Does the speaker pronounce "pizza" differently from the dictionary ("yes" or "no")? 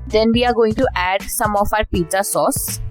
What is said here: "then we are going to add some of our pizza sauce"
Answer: yes